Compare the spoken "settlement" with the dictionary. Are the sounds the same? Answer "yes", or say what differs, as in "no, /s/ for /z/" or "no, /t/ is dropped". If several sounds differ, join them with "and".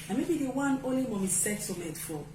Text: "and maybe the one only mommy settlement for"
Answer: no, /l/ is dropped